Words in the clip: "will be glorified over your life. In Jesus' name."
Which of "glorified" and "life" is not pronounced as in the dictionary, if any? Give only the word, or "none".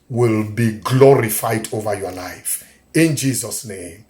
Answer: none